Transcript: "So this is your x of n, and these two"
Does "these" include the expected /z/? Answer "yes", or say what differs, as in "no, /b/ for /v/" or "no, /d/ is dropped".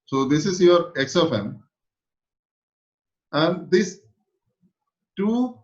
no, /s/ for /z/